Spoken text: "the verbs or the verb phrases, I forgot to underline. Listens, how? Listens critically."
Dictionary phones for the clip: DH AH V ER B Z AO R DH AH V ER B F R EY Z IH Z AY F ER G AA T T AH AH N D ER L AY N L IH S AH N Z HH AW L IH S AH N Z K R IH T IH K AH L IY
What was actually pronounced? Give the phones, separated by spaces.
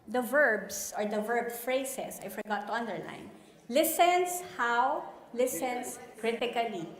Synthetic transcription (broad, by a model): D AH V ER B S AO R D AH V ER B F R EY S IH S AY F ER G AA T T AH AH N D ER L AY N L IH S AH N S HH AW L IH S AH N S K R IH T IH K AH L IY